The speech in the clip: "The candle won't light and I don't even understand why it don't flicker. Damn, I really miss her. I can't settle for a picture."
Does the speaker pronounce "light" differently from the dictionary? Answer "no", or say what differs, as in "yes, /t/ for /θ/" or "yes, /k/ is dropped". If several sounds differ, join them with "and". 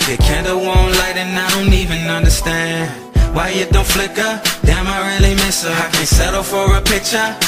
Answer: no